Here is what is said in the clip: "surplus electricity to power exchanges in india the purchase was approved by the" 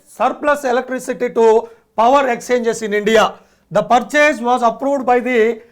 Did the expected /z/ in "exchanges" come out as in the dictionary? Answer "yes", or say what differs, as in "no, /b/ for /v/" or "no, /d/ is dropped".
no, /s/ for /z/